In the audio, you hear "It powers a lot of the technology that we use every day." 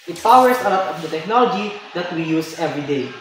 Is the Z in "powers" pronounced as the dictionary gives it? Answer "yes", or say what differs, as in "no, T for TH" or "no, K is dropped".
no, S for Z